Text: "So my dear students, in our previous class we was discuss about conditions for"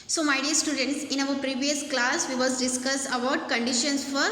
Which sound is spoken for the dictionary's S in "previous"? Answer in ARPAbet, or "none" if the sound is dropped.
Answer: S